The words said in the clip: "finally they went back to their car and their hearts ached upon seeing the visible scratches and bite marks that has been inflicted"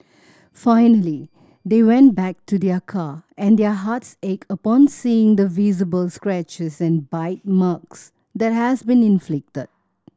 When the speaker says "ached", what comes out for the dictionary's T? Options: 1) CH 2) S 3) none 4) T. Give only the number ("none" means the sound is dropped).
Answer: 3